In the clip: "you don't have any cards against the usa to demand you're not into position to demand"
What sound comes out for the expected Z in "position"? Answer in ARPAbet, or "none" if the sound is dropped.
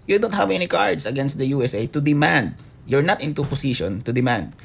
S